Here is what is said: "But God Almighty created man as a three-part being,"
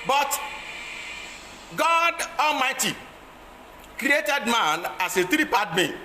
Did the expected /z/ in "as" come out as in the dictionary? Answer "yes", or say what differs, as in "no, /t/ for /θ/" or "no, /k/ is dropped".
no, /s/ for /z/